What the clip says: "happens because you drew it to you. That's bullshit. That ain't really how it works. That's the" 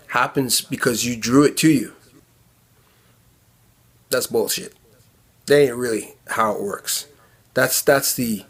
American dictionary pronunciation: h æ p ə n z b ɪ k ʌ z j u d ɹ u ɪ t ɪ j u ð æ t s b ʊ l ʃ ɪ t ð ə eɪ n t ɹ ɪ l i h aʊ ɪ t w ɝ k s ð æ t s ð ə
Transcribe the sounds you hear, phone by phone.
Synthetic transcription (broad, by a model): h æ p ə n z b ɪ k ʌ z j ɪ d ɹ u ɪ t ɪ j u ð æ t s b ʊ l ʃ ɪ t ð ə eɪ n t ɹ ɪ l i h aʊ ɪ t w ɝ k s ð æ t s ð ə